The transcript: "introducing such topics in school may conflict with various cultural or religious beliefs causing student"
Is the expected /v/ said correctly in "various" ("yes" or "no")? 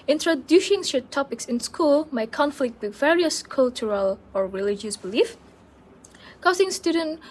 yes